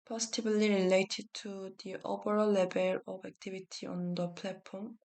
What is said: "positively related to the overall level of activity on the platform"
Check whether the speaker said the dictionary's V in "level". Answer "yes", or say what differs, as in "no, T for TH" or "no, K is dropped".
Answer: no, B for V